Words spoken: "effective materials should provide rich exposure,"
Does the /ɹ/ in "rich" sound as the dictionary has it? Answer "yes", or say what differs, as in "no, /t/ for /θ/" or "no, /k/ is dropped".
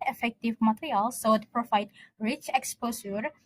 yes